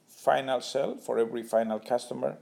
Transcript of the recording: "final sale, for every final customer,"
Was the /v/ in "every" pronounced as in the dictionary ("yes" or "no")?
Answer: yes